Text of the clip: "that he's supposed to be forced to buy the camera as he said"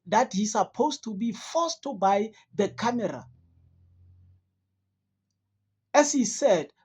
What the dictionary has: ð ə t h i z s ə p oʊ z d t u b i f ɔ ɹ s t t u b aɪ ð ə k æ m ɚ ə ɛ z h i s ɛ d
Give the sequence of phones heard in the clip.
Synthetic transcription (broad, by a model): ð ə t h i s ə p oʊ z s t u b i f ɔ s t t u b aɪ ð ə k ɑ m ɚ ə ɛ s h i s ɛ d